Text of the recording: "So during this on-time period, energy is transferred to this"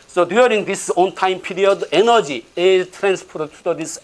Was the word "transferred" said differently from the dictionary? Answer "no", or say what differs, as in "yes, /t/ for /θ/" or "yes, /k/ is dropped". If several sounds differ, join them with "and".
yes, /p/ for /f/